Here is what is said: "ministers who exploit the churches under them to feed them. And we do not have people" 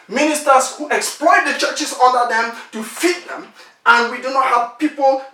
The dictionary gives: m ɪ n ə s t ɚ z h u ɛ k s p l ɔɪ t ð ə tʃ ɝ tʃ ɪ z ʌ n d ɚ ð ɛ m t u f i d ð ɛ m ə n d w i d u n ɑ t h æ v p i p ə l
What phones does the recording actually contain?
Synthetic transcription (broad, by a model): m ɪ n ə s t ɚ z h u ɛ k s p l ɔɪ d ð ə tʃ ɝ tʃ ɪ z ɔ d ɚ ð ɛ m t u f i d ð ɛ m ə n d w i d u n ɑ t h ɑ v p i p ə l